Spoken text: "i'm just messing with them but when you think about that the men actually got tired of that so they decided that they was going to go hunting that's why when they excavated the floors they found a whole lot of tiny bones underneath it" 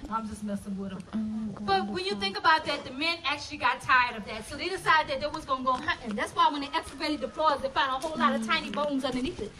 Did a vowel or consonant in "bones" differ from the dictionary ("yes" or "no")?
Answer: no